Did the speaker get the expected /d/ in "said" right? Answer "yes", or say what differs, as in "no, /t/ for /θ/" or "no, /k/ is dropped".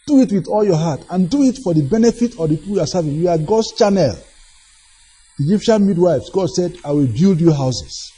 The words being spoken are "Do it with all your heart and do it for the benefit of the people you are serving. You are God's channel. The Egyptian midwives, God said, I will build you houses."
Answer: yes